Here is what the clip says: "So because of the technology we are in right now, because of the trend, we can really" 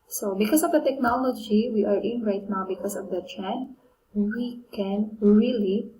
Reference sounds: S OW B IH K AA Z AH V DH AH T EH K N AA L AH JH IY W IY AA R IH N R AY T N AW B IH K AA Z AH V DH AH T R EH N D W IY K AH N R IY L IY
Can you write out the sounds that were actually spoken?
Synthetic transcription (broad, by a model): S OW B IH K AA S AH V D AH T EH K N AA L AH JH IY W IY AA R IH N R AY T N AW B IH K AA S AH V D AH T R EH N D W IY K AH N R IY L IY